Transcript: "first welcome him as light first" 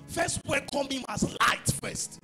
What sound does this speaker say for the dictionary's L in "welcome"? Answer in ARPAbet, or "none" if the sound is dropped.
none